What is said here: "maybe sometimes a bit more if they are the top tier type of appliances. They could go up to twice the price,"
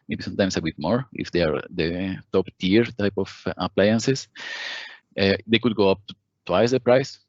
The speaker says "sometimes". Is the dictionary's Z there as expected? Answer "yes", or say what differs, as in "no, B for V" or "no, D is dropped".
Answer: no, S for Z